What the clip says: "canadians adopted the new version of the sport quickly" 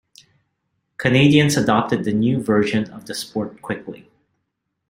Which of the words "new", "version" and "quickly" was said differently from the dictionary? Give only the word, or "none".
none